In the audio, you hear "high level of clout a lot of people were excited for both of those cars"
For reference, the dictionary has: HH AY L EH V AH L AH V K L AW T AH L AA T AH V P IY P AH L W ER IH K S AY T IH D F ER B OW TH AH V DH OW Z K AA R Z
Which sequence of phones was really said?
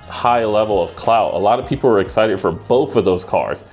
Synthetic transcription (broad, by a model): HH AY L EH V L AH V K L AW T AH L AA T AH V P IY P L W ER IH K S AY T IH D F ER B OW TH AH V DH OW Z K AA R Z